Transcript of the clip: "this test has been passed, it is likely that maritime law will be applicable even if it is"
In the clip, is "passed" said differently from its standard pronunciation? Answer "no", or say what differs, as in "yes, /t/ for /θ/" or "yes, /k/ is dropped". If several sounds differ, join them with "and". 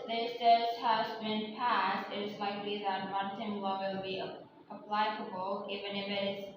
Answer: no